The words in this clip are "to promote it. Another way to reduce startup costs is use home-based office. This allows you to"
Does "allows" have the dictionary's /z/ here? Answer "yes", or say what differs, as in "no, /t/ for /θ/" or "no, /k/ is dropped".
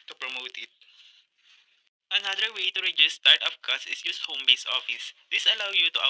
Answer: no, /z/ is dropped